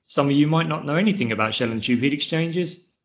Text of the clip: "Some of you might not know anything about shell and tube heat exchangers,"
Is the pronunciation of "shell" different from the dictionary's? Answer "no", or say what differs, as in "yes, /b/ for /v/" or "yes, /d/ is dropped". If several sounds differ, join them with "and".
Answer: no